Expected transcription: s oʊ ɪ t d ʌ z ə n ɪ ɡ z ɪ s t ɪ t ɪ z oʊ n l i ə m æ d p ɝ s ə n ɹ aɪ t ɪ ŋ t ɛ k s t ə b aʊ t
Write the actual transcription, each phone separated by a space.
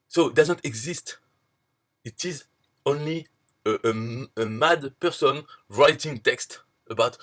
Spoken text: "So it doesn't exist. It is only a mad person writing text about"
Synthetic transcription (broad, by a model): s oʊ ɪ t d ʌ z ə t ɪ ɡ z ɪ s t ɪ t ɪ z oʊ n l i ə m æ d p ɝ s ə n ɹ aɪ t ɪ ŋ t ɛ k s t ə b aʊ t